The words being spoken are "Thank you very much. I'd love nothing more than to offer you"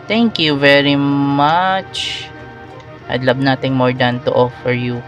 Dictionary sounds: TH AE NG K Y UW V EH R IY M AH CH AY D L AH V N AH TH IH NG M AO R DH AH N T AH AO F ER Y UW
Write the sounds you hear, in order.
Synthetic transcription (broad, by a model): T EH NG K Y UW V EH R IY M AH CH AY D L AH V N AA T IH NG M AO R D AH N T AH AO F ER Y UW